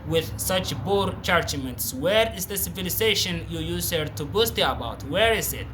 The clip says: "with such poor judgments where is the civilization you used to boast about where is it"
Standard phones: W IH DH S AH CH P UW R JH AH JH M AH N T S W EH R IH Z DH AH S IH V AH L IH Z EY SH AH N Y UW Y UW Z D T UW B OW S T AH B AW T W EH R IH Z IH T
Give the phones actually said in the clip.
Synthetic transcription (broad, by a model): W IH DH S AH CH B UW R CH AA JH M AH N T S W EH R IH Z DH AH S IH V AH L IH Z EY SH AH N Y UW Y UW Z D T UW B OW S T AH B AW T W EH R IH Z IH T